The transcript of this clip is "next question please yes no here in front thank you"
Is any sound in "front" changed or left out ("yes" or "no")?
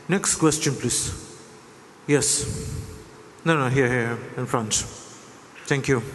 no